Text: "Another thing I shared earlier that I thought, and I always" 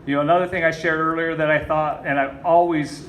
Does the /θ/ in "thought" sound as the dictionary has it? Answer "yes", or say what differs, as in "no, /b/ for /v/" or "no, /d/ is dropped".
yes